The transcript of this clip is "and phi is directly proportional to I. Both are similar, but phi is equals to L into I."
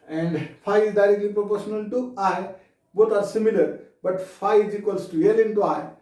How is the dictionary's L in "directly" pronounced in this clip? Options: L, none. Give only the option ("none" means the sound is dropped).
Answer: L